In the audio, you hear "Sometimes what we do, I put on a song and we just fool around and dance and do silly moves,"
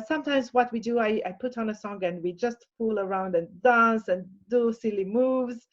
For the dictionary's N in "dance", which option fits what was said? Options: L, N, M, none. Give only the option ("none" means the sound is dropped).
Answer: N